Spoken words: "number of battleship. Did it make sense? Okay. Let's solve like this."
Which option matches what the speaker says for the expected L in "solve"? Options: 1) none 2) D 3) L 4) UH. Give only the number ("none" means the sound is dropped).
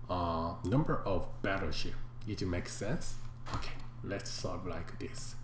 1